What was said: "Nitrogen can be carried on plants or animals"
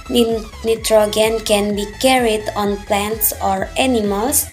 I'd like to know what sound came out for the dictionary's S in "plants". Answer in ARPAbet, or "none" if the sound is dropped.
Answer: S